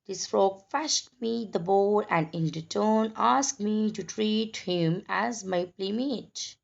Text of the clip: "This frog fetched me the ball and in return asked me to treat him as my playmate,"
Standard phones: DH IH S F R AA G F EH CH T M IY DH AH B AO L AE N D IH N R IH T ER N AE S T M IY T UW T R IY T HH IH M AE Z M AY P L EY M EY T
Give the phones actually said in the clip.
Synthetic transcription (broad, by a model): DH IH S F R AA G F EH SH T M IY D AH B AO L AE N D IH N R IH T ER N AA S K M IY T UW T R IY T HH IH M AE Z M AY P L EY M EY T